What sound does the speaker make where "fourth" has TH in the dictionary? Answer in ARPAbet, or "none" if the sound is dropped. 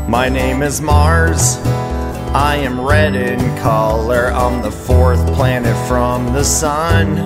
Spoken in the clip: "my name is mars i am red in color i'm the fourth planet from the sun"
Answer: TH